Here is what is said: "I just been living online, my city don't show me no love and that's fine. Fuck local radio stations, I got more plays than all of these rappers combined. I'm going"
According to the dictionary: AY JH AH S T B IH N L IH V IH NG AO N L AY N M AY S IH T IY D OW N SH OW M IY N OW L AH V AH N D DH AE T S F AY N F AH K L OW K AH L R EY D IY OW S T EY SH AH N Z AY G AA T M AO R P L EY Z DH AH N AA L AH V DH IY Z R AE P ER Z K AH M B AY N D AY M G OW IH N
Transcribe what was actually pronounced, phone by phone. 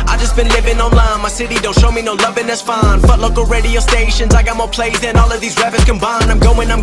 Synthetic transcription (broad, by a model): AY JH AH S B IH N L IH V IH NG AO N L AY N M AY S IH T IY D OW N SH OW M IY N OW L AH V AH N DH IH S F AY N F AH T L OW K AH L R EY D IY OW S T EY SH AH N Z AY G AA T M AO R P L EY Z DH AH N AA L AH V DH IY Z R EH B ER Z K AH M B AY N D AY M G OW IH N